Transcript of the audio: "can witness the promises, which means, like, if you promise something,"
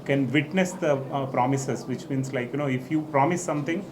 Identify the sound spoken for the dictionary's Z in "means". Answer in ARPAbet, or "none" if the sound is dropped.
S